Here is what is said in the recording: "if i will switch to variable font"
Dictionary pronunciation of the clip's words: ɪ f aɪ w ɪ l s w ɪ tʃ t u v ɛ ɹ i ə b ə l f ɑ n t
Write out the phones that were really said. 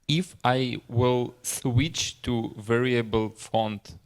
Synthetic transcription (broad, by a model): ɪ f aɪ w ɪ l s w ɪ tʃ t u v ɛ ɹ i ə b ə l f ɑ n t